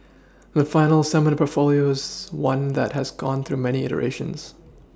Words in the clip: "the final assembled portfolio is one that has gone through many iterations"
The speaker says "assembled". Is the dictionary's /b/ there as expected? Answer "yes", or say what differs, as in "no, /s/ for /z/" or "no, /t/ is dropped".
no, /b/ is dropped